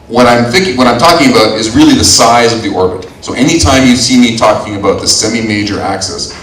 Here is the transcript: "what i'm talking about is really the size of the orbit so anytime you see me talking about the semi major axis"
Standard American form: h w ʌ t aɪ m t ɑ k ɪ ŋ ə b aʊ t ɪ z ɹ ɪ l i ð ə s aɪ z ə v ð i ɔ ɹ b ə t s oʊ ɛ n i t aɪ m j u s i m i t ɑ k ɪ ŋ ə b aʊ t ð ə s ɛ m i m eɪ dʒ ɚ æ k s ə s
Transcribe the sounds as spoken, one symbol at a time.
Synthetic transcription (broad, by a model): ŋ w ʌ t aɪ m t ɑ k ɪ ŋ ə b aʊ t ɪ z ɹ ɪ l i ð ə s aɪ z ə v ð i ɔ ɹ b ə t s oʊ ɛ n i t aɪ m j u s i m i t ɑ k ɪ ŋ ə b aʊ t ð ə s ɛ m i m eɪ dʒ ɚ æ k s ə s